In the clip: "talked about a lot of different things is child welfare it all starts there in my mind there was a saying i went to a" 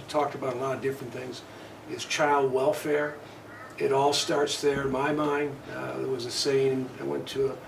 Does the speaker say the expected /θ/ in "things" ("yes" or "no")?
yes